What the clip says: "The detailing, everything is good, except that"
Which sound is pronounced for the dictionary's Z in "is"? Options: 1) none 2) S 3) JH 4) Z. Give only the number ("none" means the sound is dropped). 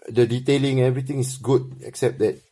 2